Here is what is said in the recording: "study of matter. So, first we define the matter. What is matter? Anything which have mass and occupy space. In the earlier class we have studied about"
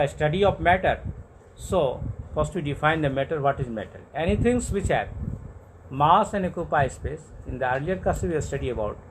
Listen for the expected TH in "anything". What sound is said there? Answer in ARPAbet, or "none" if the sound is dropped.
T